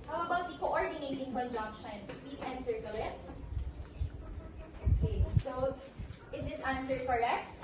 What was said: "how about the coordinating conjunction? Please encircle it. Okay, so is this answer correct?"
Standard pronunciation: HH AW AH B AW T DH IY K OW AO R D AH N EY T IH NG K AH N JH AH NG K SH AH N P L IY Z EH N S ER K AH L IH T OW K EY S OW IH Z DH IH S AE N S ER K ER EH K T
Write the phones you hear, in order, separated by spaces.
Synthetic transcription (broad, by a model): HH AW AH B AW T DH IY K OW AO R D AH N EY T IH NG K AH N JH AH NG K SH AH N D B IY S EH N S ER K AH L IH T OW K EY S OW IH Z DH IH S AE N S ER K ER EH K T